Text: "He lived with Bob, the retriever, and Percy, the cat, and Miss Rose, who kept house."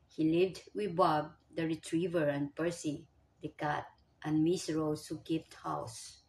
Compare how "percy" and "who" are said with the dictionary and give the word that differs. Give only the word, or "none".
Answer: none